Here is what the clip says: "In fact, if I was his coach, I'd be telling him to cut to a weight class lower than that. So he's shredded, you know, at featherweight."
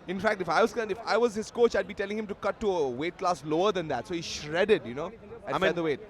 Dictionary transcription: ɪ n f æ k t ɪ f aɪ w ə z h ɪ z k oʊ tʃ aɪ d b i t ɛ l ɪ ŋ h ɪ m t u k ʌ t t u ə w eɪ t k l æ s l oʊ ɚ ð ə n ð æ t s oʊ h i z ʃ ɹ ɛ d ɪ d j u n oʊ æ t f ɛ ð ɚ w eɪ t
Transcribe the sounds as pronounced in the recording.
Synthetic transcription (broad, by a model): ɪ n f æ k t ɪ f aɪ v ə z h ɪ z k oʊ tʃ aɪ d b i t ɛ l ɪ ŋ h ɪ m t u k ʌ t t u ə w eɪ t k l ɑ s l oʊ ɚ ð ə n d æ t s oʊ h i ʃ ɹ ɛ d ɪ d j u n oʊ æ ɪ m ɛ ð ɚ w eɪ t